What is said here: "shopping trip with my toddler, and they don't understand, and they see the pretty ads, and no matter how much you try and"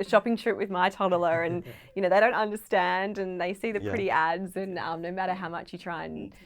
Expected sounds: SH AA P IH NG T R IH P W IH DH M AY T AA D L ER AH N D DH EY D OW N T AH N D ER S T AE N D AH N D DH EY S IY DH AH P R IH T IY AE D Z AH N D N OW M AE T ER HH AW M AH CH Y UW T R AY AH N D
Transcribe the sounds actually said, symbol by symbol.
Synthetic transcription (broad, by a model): SH AA P IH NG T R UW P W IH DH M AY T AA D L ER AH N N DH EY D OW N T AH N D ER S T AE N D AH N DH EY S IY DH AH P R IH T IY AE D Z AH N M N OW M AE T ER HH AW M AH CH Y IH T R AY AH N